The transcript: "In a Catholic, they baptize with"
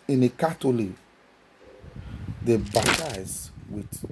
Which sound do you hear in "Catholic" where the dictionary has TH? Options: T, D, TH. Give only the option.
T